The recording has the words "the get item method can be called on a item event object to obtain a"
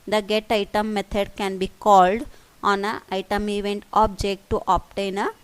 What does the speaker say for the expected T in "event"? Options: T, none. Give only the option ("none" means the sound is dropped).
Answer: T